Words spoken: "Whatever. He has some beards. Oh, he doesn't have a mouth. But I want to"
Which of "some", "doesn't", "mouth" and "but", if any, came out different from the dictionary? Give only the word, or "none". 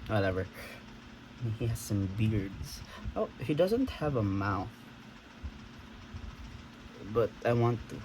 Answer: none